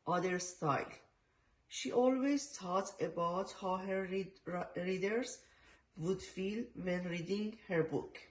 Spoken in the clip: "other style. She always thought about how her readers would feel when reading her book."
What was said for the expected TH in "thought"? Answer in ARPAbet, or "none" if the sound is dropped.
T